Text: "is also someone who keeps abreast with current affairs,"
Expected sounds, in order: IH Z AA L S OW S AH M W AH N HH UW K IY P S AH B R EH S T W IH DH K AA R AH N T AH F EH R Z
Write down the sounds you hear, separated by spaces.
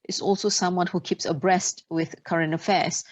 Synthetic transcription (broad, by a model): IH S AA L S OW S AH M W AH N HH UW K IY P S AH B R EH S T W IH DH K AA R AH N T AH F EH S